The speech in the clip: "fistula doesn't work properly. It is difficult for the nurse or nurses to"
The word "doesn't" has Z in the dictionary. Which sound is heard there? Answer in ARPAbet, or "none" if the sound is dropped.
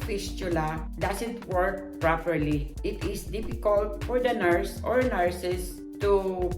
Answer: S